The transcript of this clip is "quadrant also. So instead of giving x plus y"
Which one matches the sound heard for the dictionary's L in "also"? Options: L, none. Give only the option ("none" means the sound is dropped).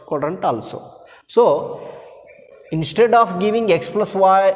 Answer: L